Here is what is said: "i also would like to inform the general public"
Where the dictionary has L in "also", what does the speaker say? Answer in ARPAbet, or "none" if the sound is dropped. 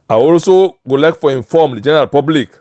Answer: L